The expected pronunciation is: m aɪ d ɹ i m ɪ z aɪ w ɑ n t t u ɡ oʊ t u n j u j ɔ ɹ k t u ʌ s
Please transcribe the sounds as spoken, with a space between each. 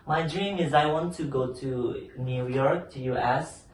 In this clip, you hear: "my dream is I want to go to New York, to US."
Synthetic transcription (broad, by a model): m aɪ d ɹ i m ɪ z aɪ w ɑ n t t u ɡ oʊ t u n j u j ɔ ɹ k t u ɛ s